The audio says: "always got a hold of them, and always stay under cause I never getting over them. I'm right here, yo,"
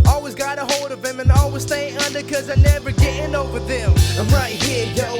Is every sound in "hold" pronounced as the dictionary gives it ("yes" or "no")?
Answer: yes